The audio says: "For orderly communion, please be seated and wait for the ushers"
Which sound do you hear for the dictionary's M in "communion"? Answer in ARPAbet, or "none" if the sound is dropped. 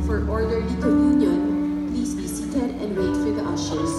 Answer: none